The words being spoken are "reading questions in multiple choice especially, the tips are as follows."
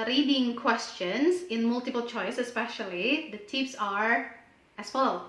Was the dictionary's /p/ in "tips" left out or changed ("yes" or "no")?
yes